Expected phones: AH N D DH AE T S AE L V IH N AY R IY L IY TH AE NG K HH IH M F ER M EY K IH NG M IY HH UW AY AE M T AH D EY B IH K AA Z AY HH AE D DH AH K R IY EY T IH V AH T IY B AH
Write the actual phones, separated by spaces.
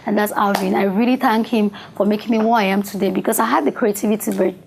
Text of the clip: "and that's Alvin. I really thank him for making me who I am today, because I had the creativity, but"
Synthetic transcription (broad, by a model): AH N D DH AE T S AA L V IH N AY R IY L IY TH AE NG K HH IH M F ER M EY K IH NG M IY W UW AY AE M T AH D EY B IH K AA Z AY HH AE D DH AH K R IY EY T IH V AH T IY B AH